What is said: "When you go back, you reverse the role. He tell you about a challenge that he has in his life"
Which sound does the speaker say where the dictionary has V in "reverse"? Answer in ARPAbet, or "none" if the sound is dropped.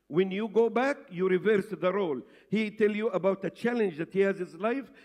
V